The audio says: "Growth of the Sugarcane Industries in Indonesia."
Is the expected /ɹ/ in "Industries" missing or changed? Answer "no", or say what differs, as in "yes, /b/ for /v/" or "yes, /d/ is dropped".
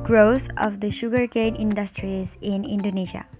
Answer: no